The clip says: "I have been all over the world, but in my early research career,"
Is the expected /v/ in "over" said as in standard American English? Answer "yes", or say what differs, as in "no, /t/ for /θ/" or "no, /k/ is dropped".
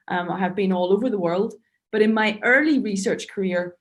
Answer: yes